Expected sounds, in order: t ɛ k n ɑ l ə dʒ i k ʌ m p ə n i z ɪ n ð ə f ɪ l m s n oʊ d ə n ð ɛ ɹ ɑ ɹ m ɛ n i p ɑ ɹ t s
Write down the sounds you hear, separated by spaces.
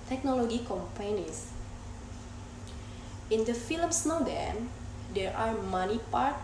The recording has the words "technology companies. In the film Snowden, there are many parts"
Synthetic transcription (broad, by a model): t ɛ k n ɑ l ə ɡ i k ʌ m p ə n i s ɪ n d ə f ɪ l m s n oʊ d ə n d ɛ ɹ ɑ ɹ m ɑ n i p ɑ ɹ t